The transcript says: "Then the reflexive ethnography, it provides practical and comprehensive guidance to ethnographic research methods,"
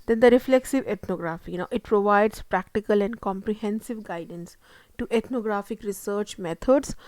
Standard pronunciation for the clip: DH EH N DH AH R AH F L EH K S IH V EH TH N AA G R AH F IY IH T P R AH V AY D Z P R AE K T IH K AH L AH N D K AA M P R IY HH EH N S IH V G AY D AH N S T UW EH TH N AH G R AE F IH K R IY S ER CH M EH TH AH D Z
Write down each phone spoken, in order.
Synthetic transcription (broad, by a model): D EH N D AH R AH F L EH K S IH V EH T N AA G R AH F IY IH T P R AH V AY D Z P R AE K T IH K AH L AH N D K AA M P R IY HH EH N S IH V G AY D AH N S T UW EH T N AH G R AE F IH K R IY S ER CH M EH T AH D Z